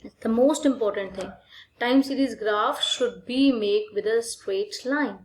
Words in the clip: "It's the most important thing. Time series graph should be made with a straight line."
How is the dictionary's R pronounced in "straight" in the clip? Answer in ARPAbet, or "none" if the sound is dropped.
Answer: W